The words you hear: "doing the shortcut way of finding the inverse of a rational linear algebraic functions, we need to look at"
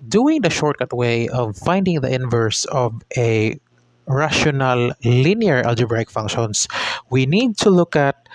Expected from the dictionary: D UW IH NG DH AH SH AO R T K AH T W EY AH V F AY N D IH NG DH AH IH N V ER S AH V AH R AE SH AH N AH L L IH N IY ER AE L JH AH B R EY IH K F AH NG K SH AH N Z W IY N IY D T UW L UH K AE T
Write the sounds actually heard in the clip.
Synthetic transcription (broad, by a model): D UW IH NG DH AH SH AO R T K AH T W EY AH V F AY N D IH NG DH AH IH N V ER S AH V AH R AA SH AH N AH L L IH N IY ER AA L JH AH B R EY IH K F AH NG K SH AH N S W IY N IY D T UW L UH K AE T